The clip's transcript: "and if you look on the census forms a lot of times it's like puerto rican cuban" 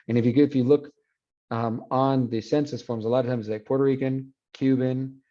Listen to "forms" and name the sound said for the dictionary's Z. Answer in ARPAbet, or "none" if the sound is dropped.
Z